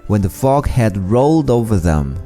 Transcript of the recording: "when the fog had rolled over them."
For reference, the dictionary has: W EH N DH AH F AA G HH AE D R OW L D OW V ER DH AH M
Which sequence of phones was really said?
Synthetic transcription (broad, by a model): W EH N DH AH F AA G HH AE D R OW L D OW V ER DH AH M